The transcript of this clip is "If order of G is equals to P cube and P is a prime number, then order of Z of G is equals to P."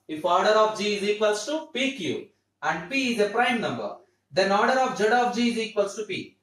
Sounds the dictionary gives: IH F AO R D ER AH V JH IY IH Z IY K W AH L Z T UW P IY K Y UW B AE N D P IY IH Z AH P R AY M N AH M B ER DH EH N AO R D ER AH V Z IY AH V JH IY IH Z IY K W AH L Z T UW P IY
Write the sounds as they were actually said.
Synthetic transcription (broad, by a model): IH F AO R D ER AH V JH IY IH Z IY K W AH L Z T UW P IY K Y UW AE N D P IY IH Z AH P R AY M N AH M B ER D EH N AO R D ER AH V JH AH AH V JH IY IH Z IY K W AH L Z T UW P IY